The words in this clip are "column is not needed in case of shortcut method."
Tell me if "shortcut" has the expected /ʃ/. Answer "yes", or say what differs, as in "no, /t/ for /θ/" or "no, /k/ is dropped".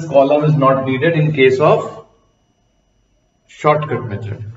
yes